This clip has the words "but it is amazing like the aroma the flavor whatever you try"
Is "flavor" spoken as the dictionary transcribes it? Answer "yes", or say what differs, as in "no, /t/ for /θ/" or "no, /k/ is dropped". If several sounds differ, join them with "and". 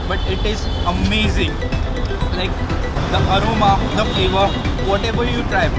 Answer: no, /l/ is dropped